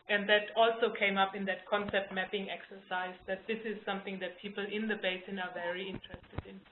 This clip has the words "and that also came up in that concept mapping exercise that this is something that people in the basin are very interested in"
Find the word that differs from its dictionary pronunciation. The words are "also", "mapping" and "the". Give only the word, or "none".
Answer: none